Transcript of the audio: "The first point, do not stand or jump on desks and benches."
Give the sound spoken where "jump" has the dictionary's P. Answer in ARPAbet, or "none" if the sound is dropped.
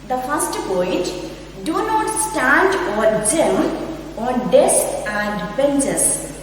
none